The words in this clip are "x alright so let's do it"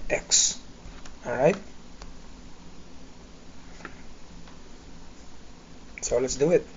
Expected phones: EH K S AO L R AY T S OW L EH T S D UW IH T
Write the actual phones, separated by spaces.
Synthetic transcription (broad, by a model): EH K S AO R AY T S OW L EH T S D UW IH T